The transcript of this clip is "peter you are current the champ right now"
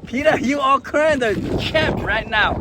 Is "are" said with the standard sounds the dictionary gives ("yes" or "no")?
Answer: no